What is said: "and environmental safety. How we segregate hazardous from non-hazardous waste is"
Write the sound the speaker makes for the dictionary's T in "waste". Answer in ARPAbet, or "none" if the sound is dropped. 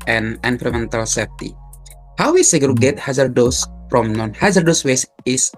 none